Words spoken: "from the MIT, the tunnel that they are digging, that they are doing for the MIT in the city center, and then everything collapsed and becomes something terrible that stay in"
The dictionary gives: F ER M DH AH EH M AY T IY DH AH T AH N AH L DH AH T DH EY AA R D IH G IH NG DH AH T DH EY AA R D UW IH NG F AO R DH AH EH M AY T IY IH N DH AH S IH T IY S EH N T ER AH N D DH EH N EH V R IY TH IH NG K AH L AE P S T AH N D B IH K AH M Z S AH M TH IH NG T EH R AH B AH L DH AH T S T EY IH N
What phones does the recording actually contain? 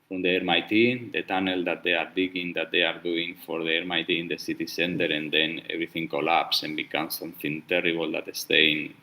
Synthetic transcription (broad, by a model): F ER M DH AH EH M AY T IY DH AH T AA N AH L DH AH T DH EY AA R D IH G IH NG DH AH T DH EY AA R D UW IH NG F AO R DH AH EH M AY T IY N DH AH S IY T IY S EH N T ER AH N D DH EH N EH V R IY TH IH NG K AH L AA P S AH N B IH K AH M S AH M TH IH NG T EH R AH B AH L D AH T S T EY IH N